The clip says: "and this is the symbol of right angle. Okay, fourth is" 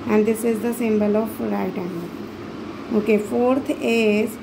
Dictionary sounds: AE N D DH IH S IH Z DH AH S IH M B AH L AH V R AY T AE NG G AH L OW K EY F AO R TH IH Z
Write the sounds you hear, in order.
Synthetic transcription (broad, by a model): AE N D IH S IH Z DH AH S IH M B AH L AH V R AY T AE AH N OW K EY F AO R T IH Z